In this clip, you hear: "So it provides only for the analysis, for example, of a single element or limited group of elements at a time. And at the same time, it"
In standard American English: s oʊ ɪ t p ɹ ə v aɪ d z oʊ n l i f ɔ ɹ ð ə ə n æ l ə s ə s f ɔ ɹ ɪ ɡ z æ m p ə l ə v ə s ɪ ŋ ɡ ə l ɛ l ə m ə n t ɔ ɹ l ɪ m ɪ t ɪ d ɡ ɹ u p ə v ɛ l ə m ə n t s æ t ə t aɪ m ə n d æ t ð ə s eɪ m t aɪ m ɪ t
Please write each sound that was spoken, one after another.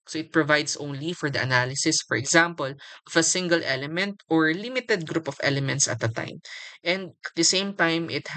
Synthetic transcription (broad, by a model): s oʊ ɪ t p ɹ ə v aɪ d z oʊ n l i f ɔ ɹ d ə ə n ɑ l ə s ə s f ɔ ɹ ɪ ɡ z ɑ m p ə l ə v ə s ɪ ŋ ɡ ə l ɛ l ə m ə n t ɔ ɹ l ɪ m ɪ t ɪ d ɡ ɹ u p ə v ɛ l ə m ə n t s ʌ t ə t aɪ m ə n d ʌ t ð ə s eɪ m t aɪ m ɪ t